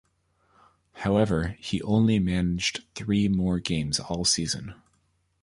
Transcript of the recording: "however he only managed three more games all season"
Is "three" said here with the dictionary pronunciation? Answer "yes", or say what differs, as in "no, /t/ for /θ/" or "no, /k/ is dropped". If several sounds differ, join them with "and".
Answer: yes